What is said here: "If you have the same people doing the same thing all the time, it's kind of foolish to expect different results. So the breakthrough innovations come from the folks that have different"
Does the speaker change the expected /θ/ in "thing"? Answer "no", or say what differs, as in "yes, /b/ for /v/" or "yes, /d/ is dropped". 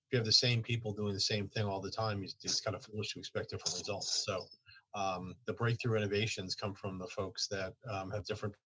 no